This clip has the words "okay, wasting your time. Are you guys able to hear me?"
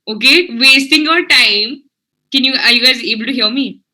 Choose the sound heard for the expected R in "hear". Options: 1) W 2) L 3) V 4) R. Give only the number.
1